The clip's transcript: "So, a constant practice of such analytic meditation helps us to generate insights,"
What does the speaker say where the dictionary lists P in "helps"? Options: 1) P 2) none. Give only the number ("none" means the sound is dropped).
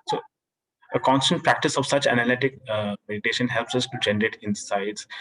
1